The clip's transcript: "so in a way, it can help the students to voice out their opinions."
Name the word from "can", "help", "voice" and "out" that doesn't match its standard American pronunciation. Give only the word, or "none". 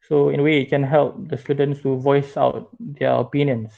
none